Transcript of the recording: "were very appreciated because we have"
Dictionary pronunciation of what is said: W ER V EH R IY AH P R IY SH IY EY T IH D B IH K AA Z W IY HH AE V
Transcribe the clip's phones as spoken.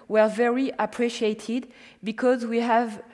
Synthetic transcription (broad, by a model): W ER V EH R IY AH P R IY SH IY EY T IH D B IH K AA Z W IY HH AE V